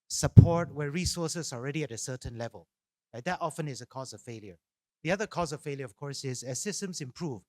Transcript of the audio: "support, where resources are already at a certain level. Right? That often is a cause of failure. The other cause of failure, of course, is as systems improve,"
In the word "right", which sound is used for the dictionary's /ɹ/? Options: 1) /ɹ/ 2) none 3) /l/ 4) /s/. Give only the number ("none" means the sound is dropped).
3